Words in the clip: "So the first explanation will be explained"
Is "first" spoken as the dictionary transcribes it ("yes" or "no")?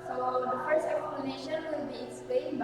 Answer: no